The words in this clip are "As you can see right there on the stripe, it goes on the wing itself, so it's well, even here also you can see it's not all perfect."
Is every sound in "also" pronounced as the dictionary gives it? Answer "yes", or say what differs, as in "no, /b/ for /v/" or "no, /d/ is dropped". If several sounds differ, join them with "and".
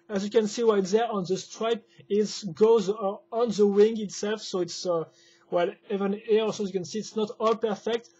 no, /l/ is dropped